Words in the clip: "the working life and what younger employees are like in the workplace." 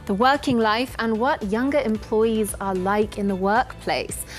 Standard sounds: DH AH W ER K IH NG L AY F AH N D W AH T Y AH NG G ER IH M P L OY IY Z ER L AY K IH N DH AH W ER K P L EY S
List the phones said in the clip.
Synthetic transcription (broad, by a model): DH AH W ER K IH NG L AY F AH N W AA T Y AH NG G ER IH M P L OY IY Z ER L AY K IH N DH AH W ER K P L EY S